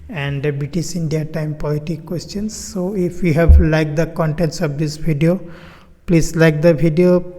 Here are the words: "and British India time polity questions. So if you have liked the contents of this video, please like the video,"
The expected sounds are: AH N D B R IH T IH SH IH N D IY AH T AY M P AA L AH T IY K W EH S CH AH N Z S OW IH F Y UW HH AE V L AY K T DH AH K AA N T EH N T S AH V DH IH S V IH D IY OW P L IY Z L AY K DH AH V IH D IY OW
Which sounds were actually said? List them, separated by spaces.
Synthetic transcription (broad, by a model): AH N D B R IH T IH S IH N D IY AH T AY M P AA L AH T IY K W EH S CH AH N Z S OW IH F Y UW HH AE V L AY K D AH K AA N T EH N T S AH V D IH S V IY D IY OW P L IY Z L AY K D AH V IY D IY OW